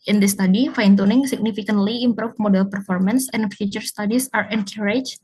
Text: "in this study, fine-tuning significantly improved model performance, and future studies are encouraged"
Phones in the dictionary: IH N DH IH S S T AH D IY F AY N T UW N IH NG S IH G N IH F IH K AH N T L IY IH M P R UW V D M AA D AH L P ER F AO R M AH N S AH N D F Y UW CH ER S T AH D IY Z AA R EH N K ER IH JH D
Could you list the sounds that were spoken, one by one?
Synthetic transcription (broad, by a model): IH N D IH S S T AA D IY F AY N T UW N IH NG S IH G N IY F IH K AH N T L IY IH M P R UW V M AA D AH L P ER F AO R M AH N S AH N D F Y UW CH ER S T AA D IY S AA R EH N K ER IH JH